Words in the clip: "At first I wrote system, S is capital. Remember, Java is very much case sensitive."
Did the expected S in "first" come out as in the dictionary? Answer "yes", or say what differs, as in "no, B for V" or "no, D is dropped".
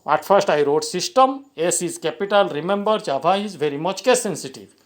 yes